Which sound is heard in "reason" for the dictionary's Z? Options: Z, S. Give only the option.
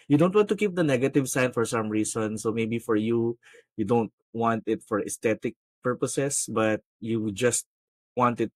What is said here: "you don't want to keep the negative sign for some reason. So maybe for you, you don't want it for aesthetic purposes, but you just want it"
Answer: S